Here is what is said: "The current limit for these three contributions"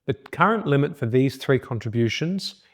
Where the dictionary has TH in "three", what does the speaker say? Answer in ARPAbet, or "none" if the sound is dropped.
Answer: TH